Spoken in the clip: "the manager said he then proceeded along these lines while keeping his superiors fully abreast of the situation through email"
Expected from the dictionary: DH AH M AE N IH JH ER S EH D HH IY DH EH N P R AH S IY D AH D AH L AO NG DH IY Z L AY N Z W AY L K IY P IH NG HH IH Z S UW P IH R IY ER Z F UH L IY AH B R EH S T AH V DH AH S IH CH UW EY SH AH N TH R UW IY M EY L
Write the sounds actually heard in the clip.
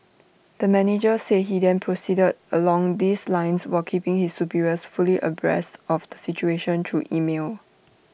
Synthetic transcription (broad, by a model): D AH M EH N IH JH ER S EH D HH IY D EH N P R AH S IY D AH D AH L AO NG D IY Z L AY N S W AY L K IY P IH NG HH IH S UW P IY R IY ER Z F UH L IY AH B R EH S T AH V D AH S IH CH UW EY SH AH N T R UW IY M EY L